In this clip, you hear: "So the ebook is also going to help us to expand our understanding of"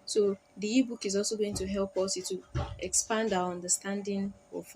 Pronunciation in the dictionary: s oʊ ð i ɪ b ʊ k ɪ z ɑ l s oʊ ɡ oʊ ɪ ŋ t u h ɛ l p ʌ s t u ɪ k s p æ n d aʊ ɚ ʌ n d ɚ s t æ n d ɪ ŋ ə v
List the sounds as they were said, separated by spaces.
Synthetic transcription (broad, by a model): s oʊ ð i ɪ b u k ɪ z ɑ l s oʊ ɡ oʊ ɪ ŋ t u h ɛ l p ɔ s t u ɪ k s p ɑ n d aʊ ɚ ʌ n d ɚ s t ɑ n d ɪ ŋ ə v